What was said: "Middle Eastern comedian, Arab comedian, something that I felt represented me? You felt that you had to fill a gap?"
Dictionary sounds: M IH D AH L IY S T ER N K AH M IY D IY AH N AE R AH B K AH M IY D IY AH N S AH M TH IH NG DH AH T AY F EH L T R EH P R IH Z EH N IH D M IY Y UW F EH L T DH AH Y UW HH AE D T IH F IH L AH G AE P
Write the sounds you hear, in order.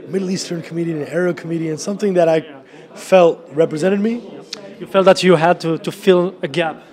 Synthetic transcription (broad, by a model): M IH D L IY S T ER N K AH M IY D IY AH N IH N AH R K AH M IY D IY AH N S AH M TH IH NG DH AH T AY F EH L T R EH P R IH Z EH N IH D M IY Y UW F EH L T DH AH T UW HH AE D T IH F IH L AH G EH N